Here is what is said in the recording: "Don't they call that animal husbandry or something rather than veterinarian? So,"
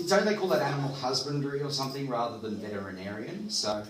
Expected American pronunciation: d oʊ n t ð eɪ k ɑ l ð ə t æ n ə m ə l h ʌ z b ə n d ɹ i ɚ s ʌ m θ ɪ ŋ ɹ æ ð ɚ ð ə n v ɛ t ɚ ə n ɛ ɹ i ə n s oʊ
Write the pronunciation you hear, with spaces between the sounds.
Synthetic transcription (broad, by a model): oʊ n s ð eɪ k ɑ l ð ə t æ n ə m l h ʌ z b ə n d ɹ i ɚ s ʌ m θ ɪ ŋ ɹ æ ð ɚ ð ə n v ɛ t ɚ ə n ɛ ɹ i ə n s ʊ